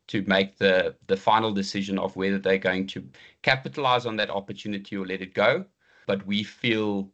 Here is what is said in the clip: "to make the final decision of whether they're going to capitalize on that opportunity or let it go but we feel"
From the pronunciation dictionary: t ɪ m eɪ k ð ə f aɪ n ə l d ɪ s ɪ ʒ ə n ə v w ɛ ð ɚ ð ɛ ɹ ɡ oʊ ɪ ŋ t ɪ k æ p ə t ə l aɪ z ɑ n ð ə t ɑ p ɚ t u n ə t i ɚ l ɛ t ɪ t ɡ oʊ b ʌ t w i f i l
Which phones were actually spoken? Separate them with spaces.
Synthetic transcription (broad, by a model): t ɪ m eɪ k ð ə f aɪ n ə l d ɪ s ɪ ʒ ə n ə v w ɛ ð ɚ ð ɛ ɡ oʊ ɪ ŋ t ɪ k æ p ə t ə l aɪ z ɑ n ð ə t ɑ p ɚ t u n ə t i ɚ l ɛ t ɪ t ɡ oʊ b ʌ t w i f i l